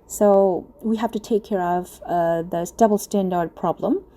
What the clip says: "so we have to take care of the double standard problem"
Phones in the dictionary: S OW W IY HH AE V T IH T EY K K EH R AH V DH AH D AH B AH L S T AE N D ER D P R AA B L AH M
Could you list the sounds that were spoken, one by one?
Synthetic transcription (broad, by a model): S OW W IY HH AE F T IH T EY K K EH R AH V DH AH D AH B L S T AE N D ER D P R AA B L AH M